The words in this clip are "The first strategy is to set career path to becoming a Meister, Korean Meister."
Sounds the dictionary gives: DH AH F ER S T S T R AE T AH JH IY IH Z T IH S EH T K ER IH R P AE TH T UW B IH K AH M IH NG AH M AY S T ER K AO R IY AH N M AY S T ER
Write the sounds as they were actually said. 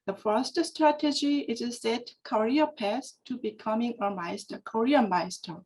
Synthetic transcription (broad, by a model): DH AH F ER S T S T R AE T AH JH IY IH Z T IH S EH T K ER R P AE S T UW B IH K AH M IH NG AH M AY S T ER K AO R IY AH M AY S T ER